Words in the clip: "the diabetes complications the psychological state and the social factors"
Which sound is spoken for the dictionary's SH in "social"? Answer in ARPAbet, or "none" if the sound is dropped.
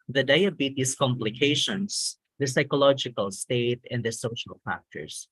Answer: SH